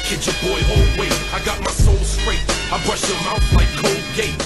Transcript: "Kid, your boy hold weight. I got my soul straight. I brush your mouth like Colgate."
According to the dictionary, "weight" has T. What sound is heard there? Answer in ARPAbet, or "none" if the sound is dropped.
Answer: none